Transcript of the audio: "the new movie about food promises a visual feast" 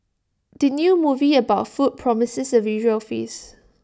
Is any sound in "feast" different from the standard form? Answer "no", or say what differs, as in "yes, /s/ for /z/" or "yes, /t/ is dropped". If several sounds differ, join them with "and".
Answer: yes, /t/ is dropped